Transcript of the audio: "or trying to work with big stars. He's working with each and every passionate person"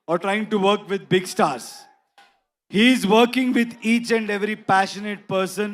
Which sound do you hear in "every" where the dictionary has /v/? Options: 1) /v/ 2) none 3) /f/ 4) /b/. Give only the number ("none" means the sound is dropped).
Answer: 1